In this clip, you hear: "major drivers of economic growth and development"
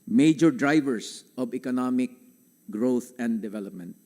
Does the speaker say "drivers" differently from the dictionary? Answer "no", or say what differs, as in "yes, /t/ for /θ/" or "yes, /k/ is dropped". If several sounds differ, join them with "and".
yes, /s/ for /z/